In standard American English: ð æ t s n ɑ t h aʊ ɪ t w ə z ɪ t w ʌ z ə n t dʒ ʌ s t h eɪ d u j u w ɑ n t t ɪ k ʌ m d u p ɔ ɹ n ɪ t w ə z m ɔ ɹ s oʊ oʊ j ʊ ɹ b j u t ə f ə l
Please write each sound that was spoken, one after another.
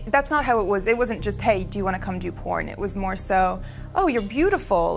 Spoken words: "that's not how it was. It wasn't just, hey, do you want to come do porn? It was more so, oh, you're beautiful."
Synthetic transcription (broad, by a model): ð æ t s n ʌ t h aʊ ɪ t w ə z ɪ t w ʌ z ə n dʒ ʌ s t h eɪ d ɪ j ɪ w ɑ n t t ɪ k ʌ m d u p ɔ ɹ n ɪ t w ə z m ɔ ɹ s oʊ oʊ j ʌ ɹ b j u t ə f l